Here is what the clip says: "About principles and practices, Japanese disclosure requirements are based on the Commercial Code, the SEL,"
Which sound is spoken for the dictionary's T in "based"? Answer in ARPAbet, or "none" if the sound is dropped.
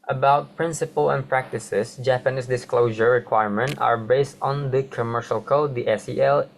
T